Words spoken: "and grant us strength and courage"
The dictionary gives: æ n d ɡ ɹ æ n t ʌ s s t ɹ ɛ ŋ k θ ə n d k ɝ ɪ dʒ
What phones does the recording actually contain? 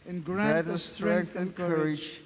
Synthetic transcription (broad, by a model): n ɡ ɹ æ t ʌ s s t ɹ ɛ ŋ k t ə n k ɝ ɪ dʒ